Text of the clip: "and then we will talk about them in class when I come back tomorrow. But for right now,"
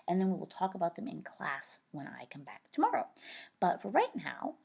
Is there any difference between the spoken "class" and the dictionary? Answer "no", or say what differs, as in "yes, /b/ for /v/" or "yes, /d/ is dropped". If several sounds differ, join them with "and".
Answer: no